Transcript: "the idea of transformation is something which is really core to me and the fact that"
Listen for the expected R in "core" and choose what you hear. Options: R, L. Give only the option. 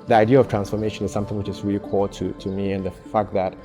L